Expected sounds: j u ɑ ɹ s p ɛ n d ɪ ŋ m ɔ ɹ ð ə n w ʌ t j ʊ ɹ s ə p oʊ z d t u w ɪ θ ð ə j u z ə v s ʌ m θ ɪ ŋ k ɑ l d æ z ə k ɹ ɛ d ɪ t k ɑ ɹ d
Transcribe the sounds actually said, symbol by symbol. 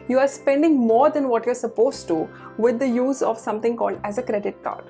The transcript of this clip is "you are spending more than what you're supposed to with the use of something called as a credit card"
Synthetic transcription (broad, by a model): j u ɑ ɹ s p ɛ n d ɪ ŋ m ɔ ɹ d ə n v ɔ t j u ɹ s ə p oʊ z t u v ɪ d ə j u z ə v s ʌ m t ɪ ŋ k ɑ l d æ z ə k ɹ ɛ d ɪ t k ɑ ɹ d